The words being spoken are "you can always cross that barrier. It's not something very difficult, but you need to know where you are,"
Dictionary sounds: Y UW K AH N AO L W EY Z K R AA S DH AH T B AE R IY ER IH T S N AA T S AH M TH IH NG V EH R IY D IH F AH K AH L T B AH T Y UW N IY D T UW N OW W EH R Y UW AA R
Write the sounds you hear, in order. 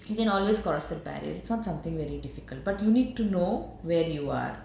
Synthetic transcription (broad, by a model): Y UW K AH N AO L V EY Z K AA S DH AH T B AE R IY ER IH T S N AA T S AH M T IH NG V EH R IY D IH F AH K AH L T B AH T Y UW N IY D T UW N OW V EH R Y UW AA R